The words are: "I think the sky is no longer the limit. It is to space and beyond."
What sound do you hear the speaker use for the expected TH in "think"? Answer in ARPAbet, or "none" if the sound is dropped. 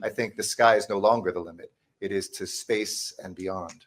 TH